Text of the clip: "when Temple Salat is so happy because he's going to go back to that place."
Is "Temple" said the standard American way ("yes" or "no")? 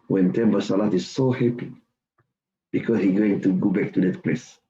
no